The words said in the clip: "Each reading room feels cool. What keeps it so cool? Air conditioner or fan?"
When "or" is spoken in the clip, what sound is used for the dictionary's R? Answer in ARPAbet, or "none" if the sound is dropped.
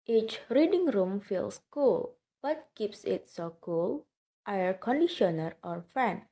R